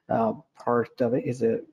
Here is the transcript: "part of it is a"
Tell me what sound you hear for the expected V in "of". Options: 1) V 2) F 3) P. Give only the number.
1